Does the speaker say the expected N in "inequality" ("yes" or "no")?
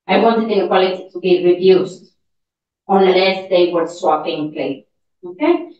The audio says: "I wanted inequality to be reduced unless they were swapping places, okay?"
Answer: no